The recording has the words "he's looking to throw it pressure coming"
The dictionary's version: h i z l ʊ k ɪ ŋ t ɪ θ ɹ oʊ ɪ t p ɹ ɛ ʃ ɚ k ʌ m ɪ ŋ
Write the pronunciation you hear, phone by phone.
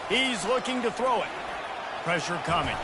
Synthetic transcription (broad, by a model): h i z l ʊ k ɪ ŋ t ɪ θ ɹ oʊ ɪ t p ɹ ɛ ʃ ɚ k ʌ m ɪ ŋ